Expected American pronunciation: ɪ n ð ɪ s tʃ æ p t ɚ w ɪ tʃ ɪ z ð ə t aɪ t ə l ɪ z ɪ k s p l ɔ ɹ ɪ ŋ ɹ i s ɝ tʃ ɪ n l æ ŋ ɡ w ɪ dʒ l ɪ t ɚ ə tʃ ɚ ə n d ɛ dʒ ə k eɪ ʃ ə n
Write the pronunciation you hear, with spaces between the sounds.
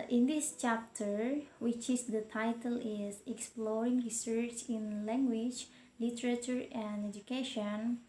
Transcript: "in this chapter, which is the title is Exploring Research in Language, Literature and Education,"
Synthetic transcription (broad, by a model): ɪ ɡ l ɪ ʃ tʃ æ p t ɚ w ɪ tʃ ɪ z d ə t aɪ t ə l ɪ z ɪ k s p l ɔ ɹ ɪ ŋ ɹ i s ɝ tʃ ɪ n l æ ŋ ɡ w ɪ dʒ l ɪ t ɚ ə tʃ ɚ ə n d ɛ dʒ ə k eɪ ʃ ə n